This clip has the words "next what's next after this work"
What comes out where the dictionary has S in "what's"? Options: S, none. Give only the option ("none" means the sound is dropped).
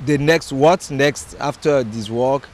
none